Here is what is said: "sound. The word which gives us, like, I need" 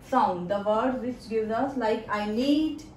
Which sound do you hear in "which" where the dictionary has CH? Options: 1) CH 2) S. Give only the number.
2